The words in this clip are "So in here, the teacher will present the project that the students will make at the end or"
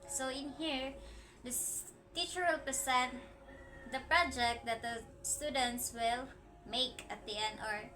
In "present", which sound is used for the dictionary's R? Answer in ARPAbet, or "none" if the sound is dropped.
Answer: none